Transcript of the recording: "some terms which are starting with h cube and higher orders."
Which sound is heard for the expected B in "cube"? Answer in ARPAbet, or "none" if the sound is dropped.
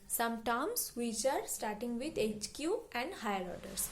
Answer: none